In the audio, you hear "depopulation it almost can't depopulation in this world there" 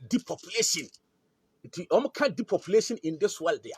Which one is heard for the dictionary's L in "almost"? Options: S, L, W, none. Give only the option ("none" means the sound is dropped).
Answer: none